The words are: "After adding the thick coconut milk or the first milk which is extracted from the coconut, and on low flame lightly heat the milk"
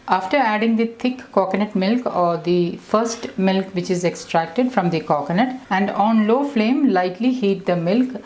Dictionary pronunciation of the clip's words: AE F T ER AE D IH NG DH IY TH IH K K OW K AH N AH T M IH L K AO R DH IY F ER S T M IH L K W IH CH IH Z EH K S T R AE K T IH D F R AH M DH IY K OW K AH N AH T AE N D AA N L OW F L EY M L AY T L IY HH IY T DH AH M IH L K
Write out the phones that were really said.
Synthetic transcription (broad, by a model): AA F T ER AE D IH NG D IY T IH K K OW K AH N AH T M IH L K AO R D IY F ER S T M IH L K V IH CH IH Z EH K S T R AE K T IH D F R AH M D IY K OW K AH N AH T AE N D AA N L OW F L EY M L AY T L IY HH IY T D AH M IH L K